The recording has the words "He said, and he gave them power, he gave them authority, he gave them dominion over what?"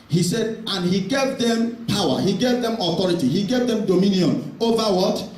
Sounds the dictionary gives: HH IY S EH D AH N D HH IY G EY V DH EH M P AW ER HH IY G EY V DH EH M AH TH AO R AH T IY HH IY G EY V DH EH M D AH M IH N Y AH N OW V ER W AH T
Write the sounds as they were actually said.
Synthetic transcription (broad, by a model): HH IY S EH D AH N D HH IY G EY V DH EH M P AW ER HH IY G EY V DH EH M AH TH AO R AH T IY HH IY G EY V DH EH M D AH M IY N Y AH N OW V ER W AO T